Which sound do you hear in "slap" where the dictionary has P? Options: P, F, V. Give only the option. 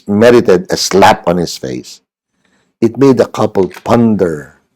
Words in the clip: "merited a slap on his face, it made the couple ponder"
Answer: P